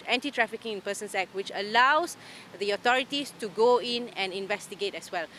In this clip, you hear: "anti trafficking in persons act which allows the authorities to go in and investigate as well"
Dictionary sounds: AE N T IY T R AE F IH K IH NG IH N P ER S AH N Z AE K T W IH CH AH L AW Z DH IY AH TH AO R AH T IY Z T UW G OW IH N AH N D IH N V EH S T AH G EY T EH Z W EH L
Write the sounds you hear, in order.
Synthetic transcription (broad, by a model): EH N T IY T R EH F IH K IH NG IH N P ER S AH N S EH K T W IH CH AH L AW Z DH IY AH T AO R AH T IY S T UW G OW IH N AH N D IH N V EH S T AH G EY T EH S W EH L